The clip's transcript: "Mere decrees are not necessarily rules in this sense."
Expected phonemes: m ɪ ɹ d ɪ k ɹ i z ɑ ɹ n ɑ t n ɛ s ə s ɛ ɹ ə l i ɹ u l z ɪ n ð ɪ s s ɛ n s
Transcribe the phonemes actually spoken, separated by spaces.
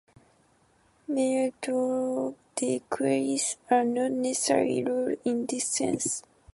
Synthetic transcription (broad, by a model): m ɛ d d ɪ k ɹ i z ɑ ɹ n ɑ t n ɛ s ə s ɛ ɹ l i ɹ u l ɪ n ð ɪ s s ɛ n s